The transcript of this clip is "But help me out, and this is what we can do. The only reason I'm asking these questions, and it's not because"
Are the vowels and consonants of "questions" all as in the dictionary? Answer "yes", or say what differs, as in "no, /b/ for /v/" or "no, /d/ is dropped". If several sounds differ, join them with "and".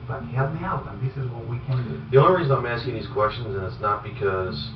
yes